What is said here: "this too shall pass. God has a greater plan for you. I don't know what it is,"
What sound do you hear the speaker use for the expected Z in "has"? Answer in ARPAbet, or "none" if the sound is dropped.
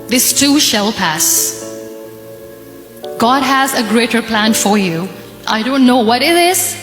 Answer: Z